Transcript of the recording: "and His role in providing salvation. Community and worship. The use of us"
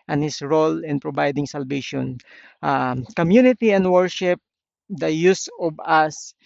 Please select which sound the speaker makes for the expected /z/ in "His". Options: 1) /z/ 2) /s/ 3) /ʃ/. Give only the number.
2